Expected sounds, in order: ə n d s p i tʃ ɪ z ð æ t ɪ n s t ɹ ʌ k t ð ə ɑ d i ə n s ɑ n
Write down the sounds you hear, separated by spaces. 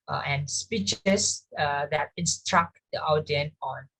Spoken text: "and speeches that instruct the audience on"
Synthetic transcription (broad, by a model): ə n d s p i tʃ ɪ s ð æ t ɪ n s t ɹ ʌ k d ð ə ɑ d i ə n ɑ n